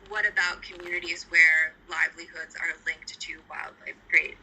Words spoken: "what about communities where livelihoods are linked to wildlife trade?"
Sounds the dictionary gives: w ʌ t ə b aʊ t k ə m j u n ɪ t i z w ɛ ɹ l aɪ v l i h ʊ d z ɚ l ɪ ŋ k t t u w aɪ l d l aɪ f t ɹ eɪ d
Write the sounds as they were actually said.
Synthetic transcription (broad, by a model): w ʌ t ə b aʊ t k ə m j u n ɪ t i z w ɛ ɹ l aɪ v l i h ʊ d z ɚ l ɪ ŋ k t t u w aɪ l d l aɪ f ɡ ɹ eɪ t